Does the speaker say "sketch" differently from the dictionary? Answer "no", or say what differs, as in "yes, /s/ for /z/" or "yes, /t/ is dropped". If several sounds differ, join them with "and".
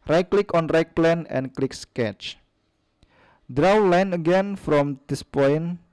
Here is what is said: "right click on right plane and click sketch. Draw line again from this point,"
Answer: no